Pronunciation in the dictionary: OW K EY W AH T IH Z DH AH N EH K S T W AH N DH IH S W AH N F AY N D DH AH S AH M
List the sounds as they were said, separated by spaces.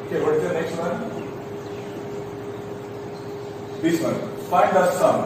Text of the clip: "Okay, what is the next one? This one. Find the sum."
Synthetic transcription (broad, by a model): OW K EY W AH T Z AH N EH K S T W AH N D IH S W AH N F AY D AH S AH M